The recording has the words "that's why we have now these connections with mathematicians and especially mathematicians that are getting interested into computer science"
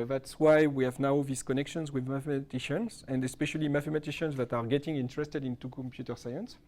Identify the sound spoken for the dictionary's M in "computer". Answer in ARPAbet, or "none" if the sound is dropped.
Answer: M